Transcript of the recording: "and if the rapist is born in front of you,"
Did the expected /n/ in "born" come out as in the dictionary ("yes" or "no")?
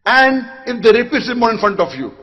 no